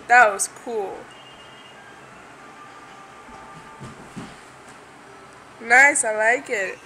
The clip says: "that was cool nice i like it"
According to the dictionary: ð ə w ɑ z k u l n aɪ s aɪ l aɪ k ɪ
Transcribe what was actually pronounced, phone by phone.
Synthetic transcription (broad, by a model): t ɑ s k u l n aɪ s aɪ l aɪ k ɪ